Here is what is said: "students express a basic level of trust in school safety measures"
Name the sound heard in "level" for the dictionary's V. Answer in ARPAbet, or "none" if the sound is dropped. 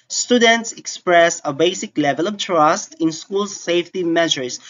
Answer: V